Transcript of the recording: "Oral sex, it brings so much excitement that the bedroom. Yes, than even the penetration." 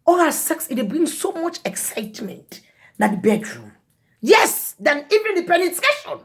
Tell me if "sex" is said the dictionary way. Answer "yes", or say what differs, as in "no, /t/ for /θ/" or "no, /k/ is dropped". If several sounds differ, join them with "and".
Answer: yes